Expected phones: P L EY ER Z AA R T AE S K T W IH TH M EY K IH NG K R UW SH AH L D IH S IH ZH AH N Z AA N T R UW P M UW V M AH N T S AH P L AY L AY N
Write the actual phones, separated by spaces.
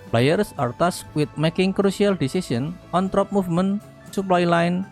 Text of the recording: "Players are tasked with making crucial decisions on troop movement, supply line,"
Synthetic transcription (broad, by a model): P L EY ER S AA R T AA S W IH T M EY K IH NG K R UW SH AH L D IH S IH S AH N AA N T R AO P M UW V M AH N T S AH P L AY L AY N